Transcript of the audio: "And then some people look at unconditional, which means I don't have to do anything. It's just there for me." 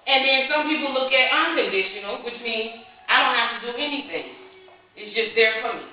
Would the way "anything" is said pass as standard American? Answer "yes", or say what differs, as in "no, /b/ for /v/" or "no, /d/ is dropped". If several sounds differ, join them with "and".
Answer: yes